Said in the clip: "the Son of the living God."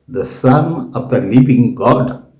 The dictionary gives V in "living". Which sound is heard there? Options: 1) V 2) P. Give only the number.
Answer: 2